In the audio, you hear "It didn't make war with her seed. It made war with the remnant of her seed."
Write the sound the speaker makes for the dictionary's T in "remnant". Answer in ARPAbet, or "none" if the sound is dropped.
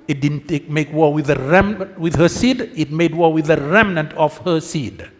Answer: T